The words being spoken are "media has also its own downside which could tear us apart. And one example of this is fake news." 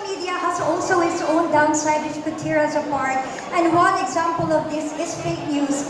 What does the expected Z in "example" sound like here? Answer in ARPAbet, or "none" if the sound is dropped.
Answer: Z